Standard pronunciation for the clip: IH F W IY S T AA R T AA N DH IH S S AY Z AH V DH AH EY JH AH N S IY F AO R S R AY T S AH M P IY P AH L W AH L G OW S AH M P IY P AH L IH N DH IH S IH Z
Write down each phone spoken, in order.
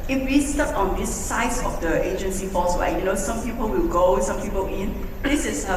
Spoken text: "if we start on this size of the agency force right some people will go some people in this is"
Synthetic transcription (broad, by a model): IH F W IY S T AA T AA N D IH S S AY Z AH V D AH EY JH AH N S IY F AO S W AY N S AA M P IY P AH L W AH L G OW S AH M P IY P AH L IH N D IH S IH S